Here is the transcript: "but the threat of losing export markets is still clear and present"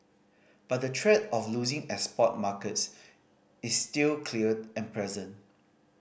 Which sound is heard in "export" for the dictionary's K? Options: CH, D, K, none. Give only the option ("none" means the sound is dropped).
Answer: none